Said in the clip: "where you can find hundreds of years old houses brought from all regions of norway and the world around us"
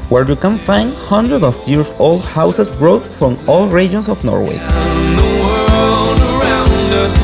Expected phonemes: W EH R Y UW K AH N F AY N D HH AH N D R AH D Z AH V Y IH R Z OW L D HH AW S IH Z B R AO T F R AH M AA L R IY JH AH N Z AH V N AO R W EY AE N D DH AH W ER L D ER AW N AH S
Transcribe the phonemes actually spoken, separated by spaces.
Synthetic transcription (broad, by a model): W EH R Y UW K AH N F AY N D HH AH N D R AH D AH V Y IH R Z OW L D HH AW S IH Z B R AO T F R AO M AA L R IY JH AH N S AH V N AO R W EY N DH AH W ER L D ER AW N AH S